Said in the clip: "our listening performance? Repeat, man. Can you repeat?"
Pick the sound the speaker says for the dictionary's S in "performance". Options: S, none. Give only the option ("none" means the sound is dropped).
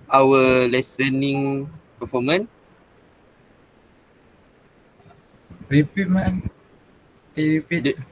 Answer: none